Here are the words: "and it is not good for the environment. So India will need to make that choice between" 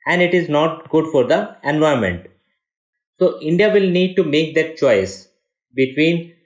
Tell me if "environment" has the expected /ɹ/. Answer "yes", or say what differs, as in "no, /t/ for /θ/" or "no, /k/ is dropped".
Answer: no, /ɹ/ is dropped